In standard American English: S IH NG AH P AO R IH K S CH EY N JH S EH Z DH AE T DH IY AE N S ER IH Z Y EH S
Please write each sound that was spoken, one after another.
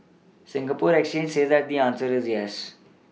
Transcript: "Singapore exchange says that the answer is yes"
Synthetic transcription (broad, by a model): S IH NG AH P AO R IH K S CH EY N JH S EH Z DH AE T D IY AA N S ER IH Z Y EH S